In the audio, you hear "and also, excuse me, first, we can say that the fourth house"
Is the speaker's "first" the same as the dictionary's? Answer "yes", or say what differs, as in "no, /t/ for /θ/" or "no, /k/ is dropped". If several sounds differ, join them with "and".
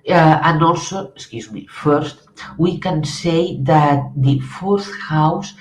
yes